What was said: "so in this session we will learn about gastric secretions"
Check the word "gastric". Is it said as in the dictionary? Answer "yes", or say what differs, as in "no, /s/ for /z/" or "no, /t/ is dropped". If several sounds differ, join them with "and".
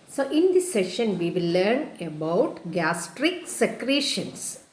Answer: yes